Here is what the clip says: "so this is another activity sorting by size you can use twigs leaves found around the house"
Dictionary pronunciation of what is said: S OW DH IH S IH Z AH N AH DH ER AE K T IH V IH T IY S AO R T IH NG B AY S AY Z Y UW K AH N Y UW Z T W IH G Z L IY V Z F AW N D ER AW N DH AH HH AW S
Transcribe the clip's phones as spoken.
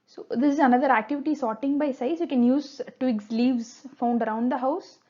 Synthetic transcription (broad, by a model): S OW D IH S IH Z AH N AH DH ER AE K T IH V IH T IY S AO R T IH NG B AY S AY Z Y UW K AH N Y UW Z T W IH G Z L IY V Z F AW N D ER AW N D AH HH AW S